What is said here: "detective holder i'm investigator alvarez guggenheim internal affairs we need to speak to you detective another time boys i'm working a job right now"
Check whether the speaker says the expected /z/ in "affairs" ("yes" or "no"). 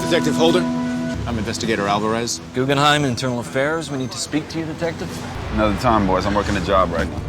yes